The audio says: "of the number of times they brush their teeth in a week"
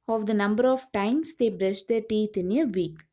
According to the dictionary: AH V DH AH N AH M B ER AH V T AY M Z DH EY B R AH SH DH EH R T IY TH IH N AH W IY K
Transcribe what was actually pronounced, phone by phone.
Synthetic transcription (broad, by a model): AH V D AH N AH M B ER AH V T AY M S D EY B R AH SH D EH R T IY T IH N AH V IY K